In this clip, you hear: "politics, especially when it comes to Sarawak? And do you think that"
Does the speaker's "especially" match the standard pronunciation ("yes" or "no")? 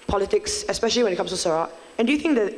yes